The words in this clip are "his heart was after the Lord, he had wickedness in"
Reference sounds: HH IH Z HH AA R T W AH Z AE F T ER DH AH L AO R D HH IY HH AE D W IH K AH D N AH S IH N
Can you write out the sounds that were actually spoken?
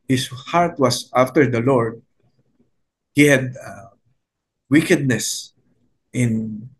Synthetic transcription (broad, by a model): HH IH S HH AA R T W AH S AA F T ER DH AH L AO R D HH IY HH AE D W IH K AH D N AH S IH N